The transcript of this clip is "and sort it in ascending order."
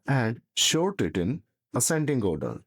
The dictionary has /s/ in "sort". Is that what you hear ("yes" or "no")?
no